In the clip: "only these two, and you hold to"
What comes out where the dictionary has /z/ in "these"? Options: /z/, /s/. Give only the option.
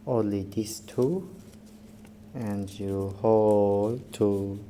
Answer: /s/